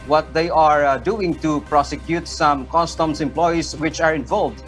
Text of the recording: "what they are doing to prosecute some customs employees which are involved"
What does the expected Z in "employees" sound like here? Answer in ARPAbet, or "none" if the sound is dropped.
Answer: S